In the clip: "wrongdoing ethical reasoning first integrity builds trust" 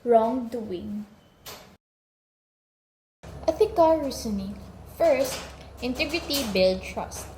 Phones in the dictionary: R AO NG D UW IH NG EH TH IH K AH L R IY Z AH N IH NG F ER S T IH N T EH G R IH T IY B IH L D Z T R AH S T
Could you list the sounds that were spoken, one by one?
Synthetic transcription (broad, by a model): R AO NG D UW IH NG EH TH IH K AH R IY S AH N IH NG F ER S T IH N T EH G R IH T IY B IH L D T R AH S T